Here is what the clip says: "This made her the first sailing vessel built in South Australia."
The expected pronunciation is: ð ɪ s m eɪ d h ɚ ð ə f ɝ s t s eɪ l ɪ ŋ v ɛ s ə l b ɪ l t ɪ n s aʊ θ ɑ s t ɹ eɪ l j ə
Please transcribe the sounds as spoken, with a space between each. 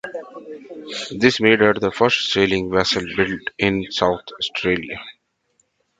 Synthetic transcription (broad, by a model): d ɪ s m eɪ d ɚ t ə f ɝ s t s eɪ l ɪ ŋ v ɛ s ə l b ɪ l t ɪ n s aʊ t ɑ s t ɹ eɪ l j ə